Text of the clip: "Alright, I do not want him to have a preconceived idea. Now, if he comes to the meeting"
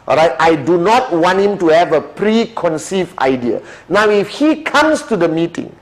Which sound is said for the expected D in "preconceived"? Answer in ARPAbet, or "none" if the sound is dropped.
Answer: none